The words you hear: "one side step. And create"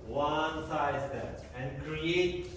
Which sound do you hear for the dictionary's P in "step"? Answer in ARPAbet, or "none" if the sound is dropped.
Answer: none